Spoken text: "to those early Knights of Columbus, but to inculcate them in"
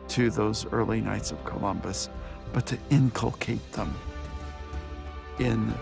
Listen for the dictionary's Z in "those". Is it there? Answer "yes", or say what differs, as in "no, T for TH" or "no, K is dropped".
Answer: yes